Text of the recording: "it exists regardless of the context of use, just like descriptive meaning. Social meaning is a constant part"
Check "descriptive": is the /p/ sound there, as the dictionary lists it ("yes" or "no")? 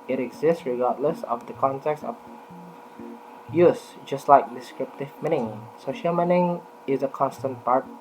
yes